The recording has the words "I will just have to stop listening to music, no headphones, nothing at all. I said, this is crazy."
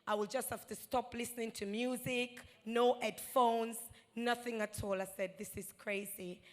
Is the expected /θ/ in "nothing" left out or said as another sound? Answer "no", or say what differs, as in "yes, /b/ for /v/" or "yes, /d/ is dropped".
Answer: no